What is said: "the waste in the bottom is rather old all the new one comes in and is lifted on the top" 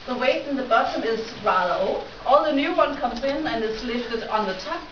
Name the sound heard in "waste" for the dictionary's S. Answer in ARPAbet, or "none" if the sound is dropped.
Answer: none